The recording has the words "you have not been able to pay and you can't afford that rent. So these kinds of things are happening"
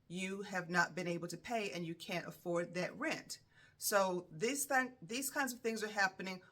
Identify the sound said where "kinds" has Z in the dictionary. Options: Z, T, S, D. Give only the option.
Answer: Z